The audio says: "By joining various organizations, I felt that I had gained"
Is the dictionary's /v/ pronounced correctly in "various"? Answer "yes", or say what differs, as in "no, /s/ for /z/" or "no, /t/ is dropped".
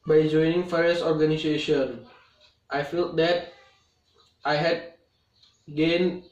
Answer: no, /f/ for /v/